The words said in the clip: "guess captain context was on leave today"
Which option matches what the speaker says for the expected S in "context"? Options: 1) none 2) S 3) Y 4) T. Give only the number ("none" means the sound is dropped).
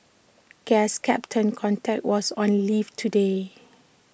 1